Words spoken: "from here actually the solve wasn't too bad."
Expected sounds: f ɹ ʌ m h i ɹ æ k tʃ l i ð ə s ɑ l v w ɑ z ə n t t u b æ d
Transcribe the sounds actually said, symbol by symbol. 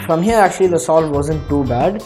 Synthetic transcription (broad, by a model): f ɹ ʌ m h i ɹ æ k tʃ l i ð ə s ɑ l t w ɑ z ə n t t u b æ d